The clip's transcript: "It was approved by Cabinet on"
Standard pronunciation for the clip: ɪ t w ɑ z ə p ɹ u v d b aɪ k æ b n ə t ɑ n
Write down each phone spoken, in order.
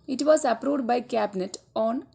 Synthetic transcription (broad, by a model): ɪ t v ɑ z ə p ɹ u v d b aɪ k æ b n ə t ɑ n